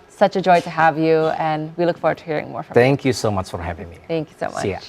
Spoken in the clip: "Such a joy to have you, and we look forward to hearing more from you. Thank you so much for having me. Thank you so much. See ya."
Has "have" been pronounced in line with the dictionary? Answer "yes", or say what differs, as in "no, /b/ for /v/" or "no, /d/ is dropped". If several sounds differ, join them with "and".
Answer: yes